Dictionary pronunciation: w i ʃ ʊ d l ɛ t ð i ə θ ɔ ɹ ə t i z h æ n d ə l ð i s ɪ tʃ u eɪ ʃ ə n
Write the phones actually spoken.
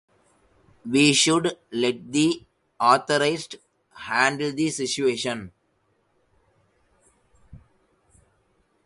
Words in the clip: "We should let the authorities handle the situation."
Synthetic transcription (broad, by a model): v i ʃ ʊ d l ɛ t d i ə t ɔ ɹ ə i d h æ n d ə l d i s ɪ tʃ u eɪ ʃ ə n